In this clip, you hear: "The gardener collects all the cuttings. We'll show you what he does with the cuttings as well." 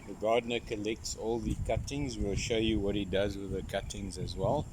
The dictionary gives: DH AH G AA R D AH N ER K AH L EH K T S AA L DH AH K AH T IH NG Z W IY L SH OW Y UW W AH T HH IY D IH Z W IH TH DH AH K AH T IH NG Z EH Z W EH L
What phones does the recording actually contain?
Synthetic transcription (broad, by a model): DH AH G AA D N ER K AH L EH K T S AA L DH AH K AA T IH NG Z W IY L SH OW Y UW W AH T HH IY D IH Z W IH DH AH K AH T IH NG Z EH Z W EH L